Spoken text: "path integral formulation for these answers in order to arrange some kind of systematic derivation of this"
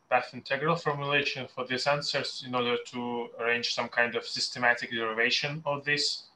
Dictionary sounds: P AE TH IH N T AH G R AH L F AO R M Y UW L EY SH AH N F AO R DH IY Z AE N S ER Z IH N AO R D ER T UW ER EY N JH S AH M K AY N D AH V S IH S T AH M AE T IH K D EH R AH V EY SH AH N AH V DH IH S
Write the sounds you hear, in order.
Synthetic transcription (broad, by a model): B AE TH IH N T AH G R AH L F AO R M Y UW L EY SH AH N F AO R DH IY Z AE N S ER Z IH N AO R D ER T UW ER EY N JH S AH M K AY N D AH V S IH S T AH M AE T IH K D EH R AH V EY SH AH N AH V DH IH S